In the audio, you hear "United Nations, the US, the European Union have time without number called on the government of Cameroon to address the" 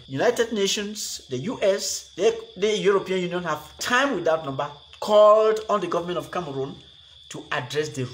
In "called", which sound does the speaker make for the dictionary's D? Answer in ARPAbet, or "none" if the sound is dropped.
D